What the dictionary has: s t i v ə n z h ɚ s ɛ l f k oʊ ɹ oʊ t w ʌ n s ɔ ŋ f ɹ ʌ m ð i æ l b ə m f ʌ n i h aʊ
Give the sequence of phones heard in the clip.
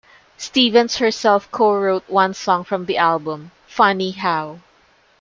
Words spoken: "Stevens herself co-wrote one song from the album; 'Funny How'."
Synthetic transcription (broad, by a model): s t i v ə n s h ɚ s ɛ l f k oʊ ɹ oʊ t w ʌ n s ɔ ŋ f ɹ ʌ m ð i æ l b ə m f ʌ n i h aʊ